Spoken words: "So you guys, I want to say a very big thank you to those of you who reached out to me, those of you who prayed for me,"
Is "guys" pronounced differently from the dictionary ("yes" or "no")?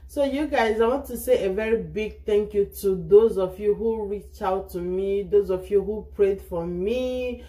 no